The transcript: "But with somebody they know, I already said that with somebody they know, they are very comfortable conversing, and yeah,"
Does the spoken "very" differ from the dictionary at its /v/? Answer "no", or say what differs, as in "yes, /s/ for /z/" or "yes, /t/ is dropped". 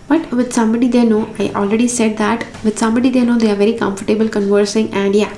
no